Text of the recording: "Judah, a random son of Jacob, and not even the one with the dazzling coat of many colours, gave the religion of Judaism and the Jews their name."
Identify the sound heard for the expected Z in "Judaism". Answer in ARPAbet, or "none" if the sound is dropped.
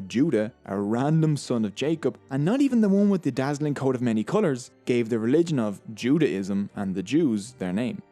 Z